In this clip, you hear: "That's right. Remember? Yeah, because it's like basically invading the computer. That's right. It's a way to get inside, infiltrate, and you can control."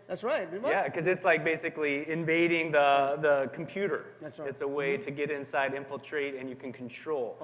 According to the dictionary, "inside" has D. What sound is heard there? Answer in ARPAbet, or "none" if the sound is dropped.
D